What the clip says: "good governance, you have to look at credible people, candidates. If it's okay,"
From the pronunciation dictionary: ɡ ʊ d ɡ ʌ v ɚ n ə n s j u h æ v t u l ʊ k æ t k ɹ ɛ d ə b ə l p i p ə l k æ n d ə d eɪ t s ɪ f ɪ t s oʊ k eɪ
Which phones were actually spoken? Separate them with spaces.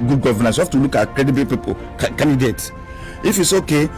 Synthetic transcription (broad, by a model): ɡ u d ɡ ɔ v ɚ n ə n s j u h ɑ f t u l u k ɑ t k ɹ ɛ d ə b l p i p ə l k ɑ n d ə d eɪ t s ɪ f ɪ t s oʊ k eɪ